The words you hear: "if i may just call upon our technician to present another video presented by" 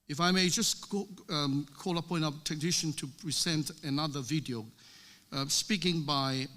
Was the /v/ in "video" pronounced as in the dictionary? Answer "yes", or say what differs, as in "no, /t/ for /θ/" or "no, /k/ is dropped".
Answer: yes